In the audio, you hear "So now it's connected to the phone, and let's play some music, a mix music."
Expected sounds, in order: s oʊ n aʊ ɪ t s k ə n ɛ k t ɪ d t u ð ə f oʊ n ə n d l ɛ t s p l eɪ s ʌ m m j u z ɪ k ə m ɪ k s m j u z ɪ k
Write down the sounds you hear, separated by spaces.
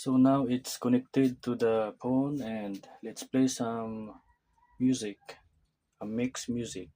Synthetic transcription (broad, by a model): s oʊ n aʊ ɪ t s k ə n ɛ k t ɪ d t u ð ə p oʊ n ə n d l ɛ t s p l eɪ s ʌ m m j u z ɪ k ə m ɪ k s m j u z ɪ k